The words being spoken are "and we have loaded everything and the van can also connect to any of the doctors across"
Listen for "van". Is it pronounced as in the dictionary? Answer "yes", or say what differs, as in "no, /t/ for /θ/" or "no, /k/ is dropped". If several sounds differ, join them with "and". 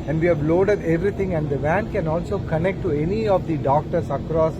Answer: yes